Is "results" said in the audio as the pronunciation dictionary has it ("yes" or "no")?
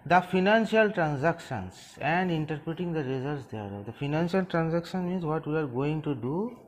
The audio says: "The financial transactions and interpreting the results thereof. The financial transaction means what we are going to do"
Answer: no